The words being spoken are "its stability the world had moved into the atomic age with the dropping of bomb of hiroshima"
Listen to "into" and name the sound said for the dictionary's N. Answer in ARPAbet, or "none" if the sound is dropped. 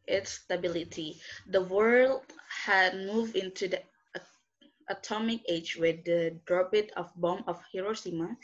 N